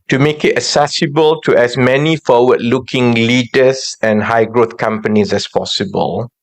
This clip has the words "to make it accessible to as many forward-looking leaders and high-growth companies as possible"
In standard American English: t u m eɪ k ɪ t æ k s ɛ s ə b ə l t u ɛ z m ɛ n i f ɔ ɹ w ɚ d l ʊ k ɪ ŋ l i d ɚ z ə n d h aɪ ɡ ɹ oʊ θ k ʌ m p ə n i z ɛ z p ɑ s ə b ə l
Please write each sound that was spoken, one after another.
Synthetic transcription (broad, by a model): t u m eɪ k ɪ t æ s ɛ s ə b ə l t u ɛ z m ɛ n i f ɔ w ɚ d l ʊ k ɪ ŋ l i d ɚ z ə n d h aɪ ɡ ɹ oʊ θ k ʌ m p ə n i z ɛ s p ɑ s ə b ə l